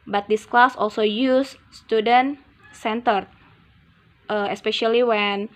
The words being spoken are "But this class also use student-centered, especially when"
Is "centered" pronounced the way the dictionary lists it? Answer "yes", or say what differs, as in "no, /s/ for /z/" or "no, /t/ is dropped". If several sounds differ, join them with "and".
yes